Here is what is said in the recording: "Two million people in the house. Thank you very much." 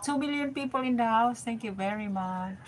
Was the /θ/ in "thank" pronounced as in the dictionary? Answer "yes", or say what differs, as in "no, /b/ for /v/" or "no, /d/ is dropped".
no, /t/ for /θ/